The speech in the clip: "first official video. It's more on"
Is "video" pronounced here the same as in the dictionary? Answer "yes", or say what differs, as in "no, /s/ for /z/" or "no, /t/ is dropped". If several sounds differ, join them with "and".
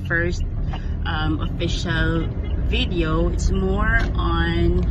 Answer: yes